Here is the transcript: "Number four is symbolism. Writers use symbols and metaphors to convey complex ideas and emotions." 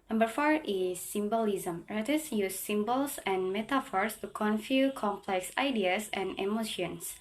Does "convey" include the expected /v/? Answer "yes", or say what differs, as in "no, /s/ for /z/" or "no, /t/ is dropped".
no, /f/ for /v/